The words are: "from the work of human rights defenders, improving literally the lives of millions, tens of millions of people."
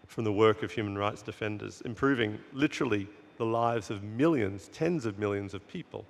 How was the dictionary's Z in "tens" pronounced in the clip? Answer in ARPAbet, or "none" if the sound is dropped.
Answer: Z